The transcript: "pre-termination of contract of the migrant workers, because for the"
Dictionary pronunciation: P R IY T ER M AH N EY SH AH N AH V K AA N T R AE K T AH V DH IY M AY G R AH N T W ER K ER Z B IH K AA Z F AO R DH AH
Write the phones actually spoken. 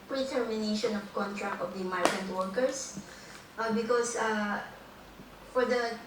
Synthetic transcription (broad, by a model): P R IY T ER M AH N EY SH AH N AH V K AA N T R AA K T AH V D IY M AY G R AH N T W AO K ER S B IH K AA S F AO R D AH